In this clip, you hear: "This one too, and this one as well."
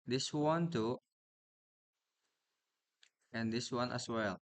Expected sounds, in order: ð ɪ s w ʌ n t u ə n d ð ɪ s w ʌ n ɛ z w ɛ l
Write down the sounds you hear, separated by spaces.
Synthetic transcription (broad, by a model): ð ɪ s w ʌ n t u ə n d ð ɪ s w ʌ n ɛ s w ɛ l